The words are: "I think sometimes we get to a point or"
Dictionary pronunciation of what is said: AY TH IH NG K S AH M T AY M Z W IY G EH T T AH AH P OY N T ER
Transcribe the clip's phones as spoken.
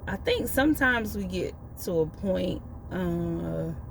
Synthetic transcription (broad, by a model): AY TH IH NG K S AH M T AY M Z W IY G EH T T AH AH P OY N T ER